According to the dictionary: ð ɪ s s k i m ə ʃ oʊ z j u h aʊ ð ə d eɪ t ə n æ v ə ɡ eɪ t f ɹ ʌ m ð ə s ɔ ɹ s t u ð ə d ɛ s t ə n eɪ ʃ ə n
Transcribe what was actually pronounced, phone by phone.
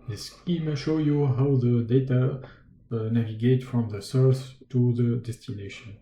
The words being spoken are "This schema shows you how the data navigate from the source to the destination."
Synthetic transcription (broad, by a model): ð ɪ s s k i m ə ʃ oʊ j u h aʊ ð ə d eɪ t ə n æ v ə ɡ eɪ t f ɹ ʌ m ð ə s ɔ ɹ s t u ð ə d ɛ s t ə n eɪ ʃ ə n